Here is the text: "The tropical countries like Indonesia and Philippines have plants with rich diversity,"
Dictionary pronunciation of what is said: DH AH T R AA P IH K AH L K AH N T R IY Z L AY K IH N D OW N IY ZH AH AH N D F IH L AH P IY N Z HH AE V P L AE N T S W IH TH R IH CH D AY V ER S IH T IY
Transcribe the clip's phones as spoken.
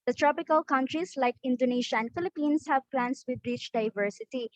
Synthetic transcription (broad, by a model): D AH T R AA P IH K AH L K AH N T R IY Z L AY K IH N D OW N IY SH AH AH N D F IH L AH P IY N S HH AE V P L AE N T S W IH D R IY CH D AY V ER S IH T IY